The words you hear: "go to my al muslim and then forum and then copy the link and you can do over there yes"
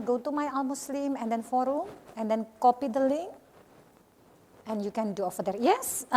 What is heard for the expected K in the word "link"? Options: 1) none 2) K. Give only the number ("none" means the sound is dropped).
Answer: 1